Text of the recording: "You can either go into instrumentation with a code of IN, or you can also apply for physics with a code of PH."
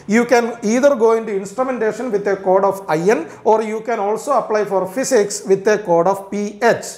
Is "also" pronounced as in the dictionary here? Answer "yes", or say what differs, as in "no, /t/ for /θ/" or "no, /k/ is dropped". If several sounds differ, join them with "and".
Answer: yes